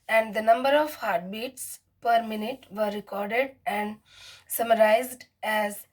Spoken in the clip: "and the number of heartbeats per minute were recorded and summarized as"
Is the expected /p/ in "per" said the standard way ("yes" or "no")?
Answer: yes